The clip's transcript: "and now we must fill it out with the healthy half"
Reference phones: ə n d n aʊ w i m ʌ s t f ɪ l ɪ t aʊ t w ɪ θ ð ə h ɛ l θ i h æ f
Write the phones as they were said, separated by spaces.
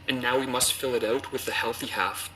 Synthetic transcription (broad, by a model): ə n n aʊ w i m ʌ s t f ɪ l ɪ t aʊ t w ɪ ð ə h ɛ l θ i h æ f